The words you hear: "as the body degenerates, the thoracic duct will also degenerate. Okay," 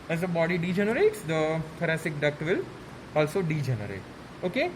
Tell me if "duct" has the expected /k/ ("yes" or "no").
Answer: yes